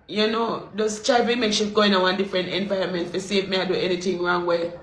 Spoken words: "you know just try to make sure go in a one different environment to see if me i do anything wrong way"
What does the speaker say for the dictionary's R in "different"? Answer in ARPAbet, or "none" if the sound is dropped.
R